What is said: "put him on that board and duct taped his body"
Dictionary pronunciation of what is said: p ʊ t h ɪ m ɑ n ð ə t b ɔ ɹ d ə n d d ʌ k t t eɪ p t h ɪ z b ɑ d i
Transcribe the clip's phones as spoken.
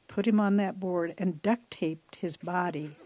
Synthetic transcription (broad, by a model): p ʊ t h ɪ m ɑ n ð ə t b ɔ ɹ d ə n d d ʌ k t t eɪ p t h ɪ z b ɑ d i